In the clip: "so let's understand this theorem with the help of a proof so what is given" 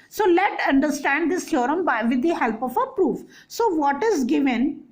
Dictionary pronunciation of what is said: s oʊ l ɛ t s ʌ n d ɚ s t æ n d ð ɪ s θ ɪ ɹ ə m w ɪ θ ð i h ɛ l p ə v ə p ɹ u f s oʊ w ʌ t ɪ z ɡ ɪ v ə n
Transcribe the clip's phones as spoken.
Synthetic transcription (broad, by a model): s oʊ l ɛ t ʌ n d ɚ s t æ n d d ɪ s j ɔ ɹ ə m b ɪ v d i h ɛ l p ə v ə p ɹ u f s oʊ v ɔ t ɪ z ɡ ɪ v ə n